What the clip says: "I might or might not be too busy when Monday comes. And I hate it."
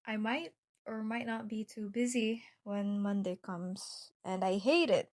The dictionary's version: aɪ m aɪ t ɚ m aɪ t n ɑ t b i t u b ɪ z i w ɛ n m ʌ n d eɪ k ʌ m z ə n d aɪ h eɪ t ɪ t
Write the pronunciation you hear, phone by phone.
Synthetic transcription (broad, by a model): aɪ m aɪ t ɚ m aɪ t n ɑ t b i t u b ɪ z i w ɛ n m ʌ n d eɪ k ʌ m z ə n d aɪ h eɪ t ɪ t